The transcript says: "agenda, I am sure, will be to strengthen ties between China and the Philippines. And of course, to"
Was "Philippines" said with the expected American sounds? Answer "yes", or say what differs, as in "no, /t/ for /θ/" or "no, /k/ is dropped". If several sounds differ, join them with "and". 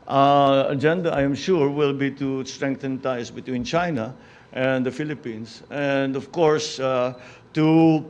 no, /s/ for /z/